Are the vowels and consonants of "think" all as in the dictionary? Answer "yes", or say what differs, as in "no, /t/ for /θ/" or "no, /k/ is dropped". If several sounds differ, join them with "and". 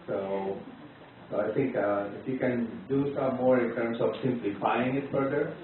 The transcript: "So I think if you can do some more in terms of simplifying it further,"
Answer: no, /t/ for /θ/